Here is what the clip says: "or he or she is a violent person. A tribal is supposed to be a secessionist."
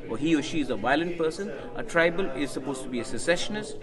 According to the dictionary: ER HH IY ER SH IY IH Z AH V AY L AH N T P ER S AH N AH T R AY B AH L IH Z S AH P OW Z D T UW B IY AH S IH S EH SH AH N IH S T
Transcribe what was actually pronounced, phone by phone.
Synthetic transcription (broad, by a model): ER HH IY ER SH IY IH Z AH V AY L AH N T P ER S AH N AH T R AY B AH L IH Z S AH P OW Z T UW B IY AH S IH S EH SH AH N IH S T